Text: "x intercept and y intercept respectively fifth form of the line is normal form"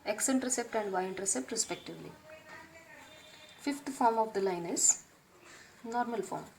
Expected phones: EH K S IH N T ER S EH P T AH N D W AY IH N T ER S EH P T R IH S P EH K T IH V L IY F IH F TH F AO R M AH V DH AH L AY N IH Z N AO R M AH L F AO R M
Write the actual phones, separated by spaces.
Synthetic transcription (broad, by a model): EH K S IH N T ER S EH P T AH N D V AY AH N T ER S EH P T R IH S P EH K T IH V L IY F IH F T F AO R M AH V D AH L AY N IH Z N AO R M AH L F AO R M